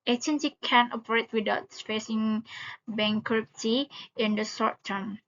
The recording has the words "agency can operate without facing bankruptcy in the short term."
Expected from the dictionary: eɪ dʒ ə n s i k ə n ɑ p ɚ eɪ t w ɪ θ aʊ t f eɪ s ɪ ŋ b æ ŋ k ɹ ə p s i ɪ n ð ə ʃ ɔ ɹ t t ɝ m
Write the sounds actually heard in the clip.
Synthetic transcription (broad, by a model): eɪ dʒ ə n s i k ə n ɑ p ɚ eɪ t w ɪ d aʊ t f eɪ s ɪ ŋ b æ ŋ k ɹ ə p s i ɪ n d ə s ɔ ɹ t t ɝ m